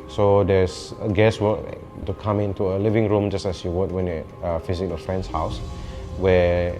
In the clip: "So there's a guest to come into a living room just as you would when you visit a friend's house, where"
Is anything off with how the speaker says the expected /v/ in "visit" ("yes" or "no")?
yes